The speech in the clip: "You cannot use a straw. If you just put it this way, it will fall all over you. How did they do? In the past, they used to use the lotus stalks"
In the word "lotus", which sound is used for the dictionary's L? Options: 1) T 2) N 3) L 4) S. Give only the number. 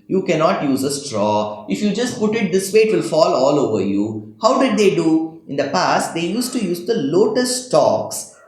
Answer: 3